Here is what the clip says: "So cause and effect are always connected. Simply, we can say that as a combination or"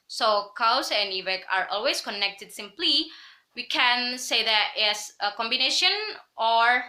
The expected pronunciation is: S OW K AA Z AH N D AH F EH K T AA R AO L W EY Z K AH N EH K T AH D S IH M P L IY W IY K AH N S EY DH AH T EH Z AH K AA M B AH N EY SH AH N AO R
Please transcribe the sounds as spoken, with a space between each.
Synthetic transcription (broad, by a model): S OW K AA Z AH N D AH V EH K AA R AO L W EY S K AH N EH K T AH D S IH M P L IY W IY K AH N S EY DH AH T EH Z AH K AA M B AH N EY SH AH N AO R